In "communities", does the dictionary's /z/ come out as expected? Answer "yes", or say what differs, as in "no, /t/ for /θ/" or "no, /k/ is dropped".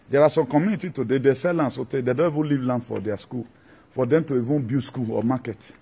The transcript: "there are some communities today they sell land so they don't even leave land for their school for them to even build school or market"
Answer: no, /z/ is dropped